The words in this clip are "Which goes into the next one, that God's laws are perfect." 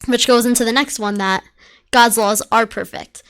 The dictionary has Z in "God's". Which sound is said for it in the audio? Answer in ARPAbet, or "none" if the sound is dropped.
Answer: Z